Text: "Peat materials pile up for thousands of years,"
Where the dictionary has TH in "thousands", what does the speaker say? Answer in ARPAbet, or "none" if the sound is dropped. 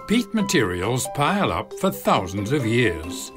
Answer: TH